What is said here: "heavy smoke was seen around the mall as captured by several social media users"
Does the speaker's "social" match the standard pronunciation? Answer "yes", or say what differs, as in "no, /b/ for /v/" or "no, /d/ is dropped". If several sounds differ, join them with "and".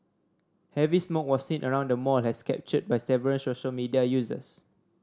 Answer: yes